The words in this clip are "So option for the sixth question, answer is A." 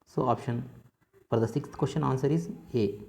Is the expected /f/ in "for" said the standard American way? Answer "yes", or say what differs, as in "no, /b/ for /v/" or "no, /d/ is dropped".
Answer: no, /p/ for /f/